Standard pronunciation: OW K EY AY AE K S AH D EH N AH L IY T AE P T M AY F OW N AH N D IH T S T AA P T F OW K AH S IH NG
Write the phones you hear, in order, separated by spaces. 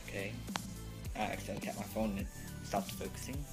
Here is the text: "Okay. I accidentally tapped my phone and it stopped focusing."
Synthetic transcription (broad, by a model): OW K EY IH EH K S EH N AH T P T M AY F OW AH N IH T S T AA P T F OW K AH S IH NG